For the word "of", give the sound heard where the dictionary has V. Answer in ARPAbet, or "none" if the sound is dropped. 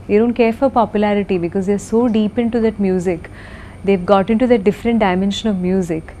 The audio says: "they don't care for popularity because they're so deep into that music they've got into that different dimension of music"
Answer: V